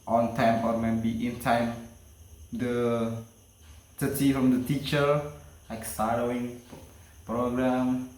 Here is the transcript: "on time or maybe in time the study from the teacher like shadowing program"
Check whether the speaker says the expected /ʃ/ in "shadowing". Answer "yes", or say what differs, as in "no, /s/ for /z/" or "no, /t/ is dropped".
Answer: no, /s/ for /ʃ/